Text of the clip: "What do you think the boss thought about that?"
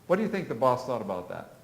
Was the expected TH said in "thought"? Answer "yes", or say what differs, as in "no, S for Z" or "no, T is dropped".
yes